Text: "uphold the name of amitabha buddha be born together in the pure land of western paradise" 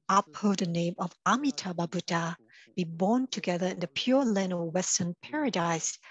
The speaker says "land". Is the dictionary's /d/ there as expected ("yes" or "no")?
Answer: no